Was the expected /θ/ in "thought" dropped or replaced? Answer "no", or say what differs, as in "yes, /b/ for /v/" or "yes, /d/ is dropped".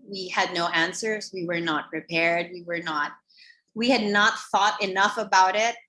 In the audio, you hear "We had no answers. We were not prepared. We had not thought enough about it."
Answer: no